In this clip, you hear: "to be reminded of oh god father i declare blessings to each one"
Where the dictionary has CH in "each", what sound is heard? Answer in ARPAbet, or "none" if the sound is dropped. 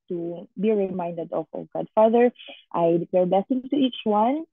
CH